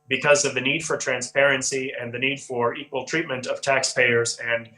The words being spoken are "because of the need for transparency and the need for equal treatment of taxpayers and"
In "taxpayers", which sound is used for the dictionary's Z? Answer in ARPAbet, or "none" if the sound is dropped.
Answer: Z